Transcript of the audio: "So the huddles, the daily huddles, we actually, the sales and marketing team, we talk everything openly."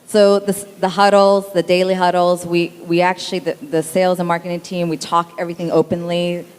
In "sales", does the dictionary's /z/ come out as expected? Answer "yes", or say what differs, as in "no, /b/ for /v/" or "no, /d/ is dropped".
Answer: yes